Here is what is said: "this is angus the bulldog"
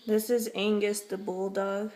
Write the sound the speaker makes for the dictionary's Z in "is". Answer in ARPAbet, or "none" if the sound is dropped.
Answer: Z